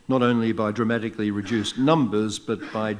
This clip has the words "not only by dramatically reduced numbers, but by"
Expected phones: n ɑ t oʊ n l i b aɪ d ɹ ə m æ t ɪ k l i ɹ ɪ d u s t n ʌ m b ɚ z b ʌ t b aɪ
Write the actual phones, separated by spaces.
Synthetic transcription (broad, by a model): n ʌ t oʊ n l i b aɪ d ɹ ə m æ t ɪ k l i ɹ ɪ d u s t n ʌ m b ɚ z b ʌ t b aɪ